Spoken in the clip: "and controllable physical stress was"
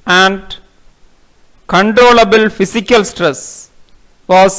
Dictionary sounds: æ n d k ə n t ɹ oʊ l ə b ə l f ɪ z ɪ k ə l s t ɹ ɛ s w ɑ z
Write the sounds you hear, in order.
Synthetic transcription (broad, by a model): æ n d k ə n t ɹ oʊ l ə b ə l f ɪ s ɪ k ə l s t ɹ ɛ s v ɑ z